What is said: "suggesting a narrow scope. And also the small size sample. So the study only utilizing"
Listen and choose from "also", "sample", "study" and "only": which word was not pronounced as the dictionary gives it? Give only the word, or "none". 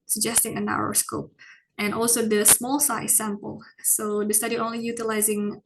none